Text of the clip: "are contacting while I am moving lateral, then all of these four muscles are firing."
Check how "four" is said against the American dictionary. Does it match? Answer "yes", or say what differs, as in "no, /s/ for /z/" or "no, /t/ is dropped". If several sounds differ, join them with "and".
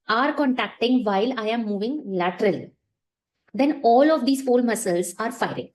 no, /l/ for /ɹ/